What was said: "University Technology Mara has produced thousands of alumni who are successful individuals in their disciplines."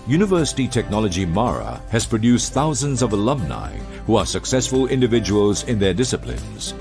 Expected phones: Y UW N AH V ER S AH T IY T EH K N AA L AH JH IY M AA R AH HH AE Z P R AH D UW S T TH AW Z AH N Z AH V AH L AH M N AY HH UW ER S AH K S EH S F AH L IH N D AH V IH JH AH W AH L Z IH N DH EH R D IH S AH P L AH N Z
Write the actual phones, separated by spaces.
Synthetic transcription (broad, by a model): Y UW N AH V ER S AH T IY T EH K N AA L AH JH IY M AA R AH HH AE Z P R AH D UW S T TH AW Z AH N Z AH V AH L AH M N AY HH UW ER S AH K S EH S F AH L IH N D AH V IH JH AH W AH L Z IH N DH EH R D IH S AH P L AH N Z